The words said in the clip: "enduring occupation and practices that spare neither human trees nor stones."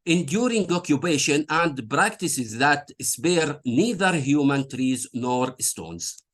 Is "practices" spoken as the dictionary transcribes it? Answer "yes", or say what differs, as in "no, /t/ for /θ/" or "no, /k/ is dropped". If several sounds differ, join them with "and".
yes